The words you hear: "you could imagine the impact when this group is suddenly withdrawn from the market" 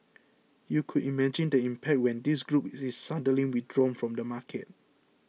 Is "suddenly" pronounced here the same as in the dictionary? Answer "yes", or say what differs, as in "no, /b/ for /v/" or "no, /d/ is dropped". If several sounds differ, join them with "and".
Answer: no, /n/ is dropped